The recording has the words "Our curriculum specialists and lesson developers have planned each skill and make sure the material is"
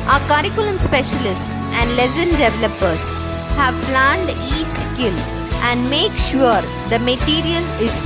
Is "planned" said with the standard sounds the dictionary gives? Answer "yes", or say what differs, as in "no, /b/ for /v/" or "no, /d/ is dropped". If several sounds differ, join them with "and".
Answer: yes